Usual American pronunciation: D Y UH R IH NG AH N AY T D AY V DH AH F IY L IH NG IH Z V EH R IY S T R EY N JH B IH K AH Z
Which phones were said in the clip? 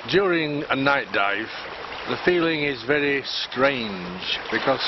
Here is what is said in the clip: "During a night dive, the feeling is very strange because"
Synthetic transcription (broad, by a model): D Y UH R IH NG AH N AY T D AY V DH AH F IY L IH NG IH Z V EH R IY S T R EY N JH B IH K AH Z